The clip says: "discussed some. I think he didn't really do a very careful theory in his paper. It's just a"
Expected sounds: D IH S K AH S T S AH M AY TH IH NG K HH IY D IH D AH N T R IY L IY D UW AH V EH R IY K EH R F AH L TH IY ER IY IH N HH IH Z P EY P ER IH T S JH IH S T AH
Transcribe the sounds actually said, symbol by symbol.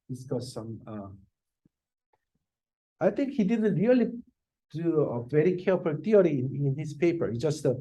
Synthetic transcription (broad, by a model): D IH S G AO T S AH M AY T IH NG K HH IY D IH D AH N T R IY L IY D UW AH V EH R IY K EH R F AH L T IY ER IY IH N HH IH S P EY P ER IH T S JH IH S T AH